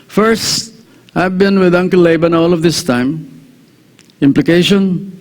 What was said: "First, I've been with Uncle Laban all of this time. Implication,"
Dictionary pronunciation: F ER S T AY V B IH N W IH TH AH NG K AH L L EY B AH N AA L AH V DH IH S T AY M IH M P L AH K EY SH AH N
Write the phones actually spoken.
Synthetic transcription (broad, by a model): F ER S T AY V B IH N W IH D AH NG K AH L L EY B AH N AA L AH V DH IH S T AY M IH M P L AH K EY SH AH N